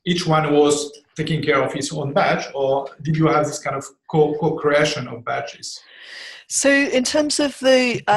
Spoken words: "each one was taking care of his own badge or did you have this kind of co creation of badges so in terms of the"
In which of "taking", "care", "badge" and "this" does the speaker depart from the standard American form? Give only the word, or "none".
badge